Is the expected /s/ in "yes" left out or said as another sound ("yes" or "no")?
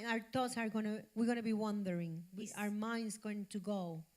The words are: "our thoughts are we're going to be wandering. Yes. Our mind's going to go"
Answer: yes